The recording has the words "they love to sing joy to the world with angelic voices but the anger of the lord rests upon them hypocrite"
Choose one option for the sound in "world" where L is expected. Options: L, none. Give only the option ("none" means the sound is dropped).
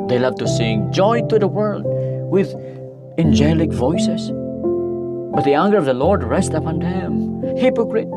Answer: L